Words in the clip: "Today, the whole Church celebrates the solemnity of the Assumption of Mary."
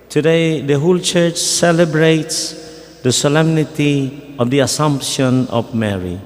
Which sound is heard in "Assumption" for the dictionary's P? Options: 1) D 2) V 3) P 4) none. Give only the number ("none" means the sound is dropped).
3